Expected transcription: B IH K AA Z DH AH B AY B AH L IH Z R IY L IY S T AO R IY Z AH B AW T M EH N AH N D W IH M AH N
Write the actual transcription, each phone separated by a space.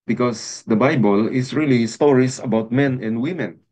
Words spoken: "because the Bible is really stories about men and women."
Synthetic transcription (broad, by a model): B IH K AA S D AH B AY B AH L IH S R IY L IY S T AO R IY S AH B AW T M EH N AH N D W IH M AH N